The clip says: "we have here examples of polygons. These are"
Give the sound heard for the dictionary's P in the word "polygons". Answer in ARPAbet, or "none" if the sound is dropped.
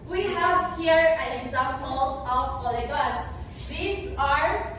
F